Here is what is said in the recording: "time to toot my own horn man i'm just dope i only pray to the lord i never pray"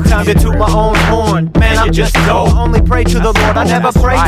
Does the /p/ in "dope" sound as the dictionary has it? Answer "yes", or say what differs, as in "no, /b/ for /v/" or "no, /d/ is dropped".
no, /p/ is dropped